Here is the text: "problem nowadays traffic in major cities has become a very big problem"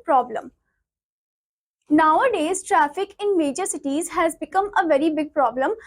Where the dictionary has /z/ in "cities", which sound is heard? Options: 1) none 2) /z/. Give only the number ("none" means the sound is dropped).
2